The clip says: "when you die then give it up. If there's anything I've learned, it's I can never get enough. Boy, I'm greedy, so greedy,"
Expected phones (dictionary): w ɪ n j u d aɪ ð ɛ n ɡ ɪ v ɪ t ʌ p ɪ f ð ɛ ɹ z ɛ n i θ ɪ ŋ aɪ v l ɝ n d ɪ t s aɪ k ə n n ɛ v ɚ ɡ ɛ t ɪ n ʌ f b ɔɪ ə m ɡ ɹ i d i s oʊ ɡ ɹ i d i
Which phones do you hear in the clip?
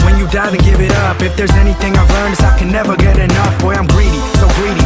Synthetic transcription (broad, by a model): w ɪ n j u d aɪ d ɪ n ɡ ɪ v ɪ t ʌ p ɪ f ð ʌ ɹ z ɛ n i θ ɪ ŋ aɪ v l ɝ n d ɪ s aɪ k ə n n ɛ v ɚ ɡ ɛ t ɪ n ʌ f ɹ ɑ ə m ɡ ɹ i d i s oʊ ɡ ɹ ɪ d i